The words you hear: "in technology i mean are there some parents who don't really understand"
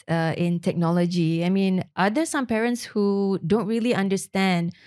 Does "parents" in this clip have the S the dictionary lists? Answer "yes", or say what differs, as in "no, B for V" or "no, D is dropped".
yes